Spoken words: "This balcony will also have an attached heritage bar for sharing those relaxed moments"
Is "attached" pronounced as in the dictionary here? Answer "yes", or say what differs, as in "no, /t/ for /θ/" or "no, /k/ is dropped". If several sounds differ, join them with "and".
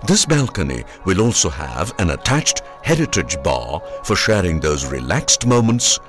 yes